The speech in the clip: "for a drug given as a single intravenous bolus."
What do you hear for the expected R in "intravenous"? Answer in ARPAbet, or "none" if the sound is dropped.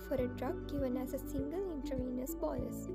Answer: none